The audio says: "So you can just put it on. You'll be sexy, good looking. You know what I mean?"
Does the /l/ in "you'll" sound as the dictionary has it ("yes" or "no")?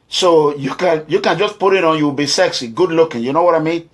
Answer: no